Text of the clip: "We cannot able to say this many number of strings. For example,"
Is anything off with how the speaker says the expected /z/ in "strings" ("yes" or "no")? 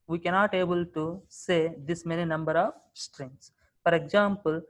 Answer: yes